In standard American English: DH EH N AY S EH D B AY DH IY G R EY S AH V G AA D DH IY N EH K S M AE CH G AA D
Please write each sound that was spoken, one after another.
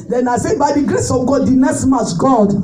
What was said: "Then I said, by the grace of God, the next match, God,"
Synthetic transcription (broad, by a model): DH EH N AY S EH B AY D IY G R EY S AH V G AA D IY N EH S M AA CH G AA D